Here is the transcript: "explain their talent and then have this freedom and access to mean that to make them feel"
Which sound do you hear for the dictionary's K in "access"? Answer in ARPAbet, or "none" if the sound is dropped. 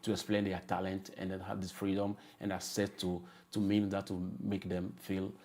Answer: none